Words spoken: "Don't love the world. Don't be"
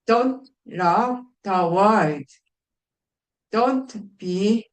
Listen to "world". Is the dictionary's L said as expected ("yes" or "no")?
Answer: no